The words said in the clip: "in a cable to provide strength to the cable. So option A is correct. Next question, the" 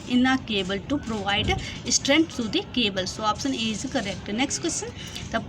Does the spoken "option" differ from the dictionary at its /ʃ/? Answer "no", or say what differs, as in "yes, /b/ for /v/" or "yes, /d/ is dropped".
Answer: yes, /s/ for /ʃ/